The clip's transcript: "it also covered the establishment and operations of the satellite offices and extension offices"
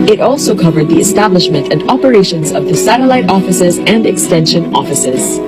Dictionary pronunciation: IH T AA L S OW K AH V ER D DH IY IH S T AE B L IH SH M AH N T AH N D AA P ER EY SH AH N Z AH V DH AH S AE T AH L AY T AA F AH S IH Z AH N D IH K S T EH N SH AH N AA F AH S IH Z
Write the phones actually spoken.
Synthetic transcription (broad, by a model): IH T AA L S OW K AH V ER D DH IY IH S T AE B L IH SH M AH N T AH N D AA P ER EY SH AH N Z AH V DH AH S AE T AH L AY T AA F AH S IH Z AH N D IH K S T EH N SH AH N AA F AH S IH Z